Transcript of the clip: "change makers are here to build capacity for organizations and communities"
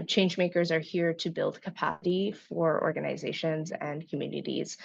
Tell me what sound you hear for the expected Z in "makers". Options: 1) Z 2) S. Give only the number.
1